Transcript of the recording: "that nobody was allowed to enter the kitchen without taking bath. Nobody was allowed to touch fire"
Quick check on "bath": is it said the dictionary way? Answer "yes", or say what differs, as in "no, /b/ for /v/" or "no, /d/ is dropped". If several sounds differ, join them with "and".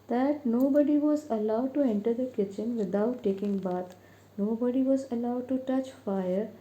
no, /t/ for /θ/